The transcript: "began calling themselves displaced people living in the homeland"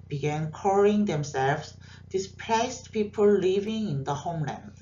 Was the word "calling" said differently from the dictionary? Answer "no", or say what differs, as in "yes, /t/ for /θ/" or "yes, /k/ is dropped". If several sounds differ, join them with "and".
yes, /l/ is dropped